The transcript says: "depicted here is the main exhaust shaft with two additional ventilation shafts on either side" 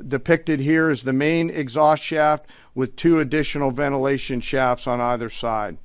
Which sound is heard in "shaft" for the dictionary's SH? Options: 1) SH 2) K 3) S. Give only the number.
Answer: 1